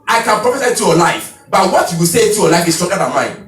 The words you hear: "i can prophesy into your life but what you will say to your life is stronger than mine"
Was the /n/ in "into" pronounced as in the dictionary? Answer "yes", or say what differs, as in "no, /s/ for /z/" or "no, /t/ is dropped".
no, /n/ is dropped